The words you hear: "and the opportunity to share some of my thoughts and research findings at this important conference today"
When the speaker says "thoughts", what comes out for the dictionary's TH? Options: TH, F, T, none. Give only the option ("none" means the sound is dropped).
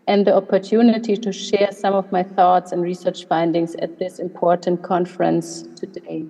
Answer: TH